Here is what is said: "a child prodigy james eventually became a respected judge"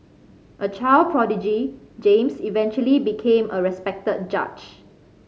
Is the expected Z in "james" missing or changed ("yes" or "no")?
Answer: yes